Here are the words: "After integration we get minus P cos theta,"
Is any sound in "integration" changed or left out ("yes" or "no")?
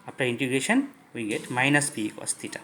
yes